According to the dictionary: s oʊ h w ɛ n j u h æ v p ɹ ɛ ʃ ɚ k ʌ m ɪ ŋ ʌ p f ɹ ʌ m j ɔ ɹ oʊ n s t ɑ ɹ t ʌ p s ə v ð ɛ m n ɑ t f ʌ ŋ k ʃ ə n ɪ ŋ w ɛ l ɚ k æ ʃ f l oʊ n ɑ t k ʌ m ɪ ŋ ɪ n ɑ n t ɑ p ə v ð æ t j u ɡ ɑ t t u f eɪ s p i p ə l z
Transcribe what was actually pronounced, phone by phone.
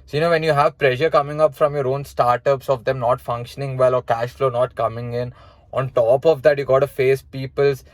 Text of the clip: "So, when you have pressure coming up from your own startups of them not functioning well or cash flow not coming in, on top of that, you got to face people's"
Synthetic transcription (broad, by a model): s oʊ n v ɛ n j u h æ v p ɹ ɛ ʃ ɚ k ʌ m ɪ ŋ ʌ p f ɹ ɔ m j ɔ ɹ oʊ n s t ɑ ɹ t ʌ p s ə v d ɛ m n ɑ t f ʌ ŋ k ʃ ə n ɪ ŋ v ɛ l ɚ k æ ʃ f l oʊ n ɑ t k ʌ m ɪ ŋ ɪ n ɑ n t ɑ p ə v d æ t j u ɡ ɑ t t u f eɪ s p i p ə l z